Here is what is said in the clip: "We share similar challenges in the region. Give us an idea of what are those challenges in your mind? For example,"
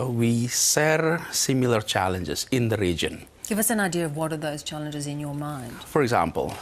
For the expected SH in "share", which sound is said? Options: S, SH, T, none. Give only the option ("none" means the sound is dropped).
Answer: S